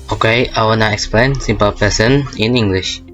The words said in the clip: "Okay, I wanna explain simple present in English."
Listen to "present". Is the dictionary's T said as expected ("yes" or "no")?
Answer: no